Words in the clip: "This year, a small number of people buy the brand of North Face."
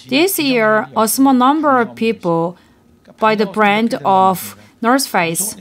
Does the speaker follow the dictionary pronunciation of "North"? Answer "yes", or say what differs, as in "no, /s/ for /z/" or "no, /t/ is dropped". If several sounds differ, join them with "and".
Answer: no, /s/ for /θ/